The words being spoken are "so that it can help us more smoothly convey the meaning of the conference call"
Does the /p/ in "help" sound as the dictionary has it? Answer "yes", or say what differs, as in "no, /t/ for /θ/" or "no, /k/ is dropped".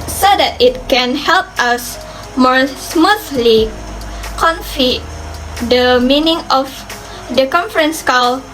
yes